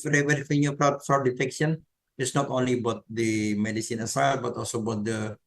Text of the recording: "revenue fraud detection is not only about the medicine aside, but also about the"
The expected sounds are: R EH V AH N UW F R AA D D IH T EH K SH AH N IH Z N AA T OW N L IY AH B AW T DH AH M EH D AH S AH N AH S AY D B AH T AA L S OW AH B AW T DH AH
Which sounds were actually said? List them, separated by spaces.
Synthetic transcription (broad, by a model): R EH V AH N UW P R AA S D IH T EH K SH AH N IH S N AA T OW N L IY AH B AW T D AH M EH D AH S AH N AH S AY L B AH T AA L S OW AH B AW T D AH